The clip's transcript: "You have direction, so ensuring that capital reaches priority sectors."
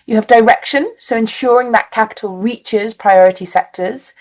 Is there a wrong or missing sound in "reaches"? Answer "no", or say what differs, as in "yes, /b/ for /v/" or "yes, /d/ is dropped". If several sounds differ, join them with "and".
no